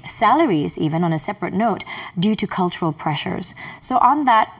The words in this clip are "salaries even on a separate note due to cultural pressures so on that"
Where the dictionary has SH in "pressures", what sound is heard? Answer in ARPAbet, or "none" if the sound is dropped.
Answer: SH